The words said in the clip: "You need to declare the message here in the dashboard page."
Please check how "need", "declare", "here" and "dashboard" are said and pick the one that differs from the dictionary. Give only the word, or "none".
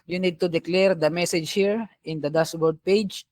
dashboard